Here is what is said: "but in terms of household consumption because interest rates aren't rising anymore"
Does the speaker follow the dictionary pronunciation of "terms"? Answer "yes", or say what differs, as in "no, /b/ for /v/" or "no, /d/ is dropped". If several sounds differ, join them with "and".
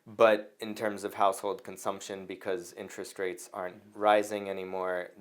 yes